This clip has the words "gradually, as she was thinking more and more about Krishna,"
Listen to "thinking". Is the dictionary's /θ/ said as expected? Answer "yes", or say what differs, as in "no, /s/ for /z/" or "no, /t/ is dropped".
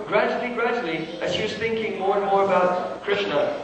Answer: yes